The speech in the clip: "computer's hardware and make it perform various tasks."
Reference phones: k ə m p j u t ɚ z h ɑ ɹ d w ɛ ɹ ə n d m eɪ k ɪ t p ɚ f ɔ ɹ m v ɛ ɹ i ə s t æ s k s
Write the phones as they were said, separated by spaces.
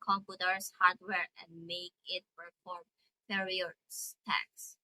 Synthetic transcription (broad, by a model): k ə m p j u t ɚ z h ɑ ɹ d w ɛ ɹ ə n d m eɪ k ɪ t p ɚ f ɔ ɹ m p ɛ ɹ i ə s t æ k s